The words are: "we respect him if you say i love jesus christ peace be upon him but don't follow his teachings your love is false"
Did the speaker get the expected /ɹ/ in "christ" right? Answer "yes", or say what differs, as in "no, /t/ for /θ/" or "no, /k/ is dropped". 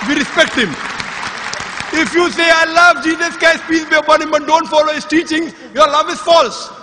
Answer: no, /ɹ/ is dropped